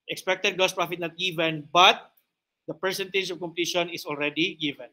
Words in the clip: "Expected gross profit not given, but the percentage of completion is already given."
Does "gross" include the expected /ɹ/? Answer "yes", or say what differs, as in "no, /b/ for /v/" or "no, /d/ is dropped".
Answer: no, /ɹ/ is dropped